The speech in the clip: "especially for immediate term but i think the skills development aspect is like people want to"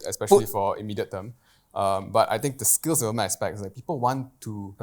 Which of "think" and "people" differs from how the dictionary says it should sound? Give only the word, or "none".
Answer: think